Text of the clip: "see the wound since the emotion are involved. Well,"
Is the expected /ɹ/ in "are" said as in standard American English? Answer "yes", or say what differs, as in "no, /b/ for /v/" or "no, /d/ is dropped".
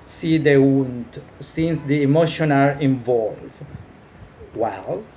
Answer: yes